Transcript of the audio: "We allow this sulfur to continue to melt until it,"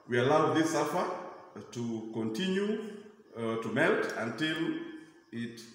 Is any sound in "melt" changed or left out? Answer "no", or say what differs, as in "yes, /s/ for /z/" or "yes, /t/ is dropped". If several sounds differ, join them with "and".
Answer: no